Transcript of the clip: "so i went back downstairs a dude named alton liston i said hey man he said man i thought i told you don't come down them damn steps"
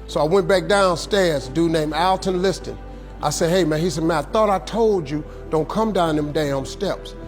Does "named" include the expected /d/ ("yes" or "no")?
no